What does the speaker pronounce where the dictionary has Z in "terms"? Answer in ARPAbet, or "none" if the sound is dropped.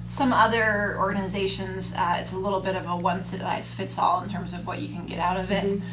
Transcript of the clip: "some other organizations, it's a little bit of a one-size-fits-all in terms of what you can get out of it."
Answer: Z